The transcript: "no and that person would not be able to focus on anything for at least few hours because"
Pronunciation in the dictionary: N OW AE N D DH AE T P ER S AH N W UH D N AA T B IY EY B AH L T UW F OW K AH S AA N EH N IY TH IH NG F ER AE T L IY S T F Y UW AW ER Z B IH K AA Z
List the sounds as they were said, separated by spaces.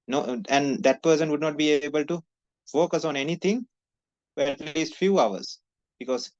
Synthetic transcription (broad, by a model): N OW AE N D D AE T P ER S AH N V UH D N AA T B IY EY B AH L T UW F OW K AH S AA N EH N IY T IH NG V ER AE T L IY S T F Y UW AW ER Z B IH K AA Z